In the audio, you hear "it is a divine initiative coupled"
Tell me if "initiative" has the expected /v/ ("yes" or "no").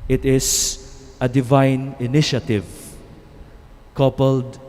yes